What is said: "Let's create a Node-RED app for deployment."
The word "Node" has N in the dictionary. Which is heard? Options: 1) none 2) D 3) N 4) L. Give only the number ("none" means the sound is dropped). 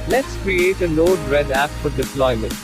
4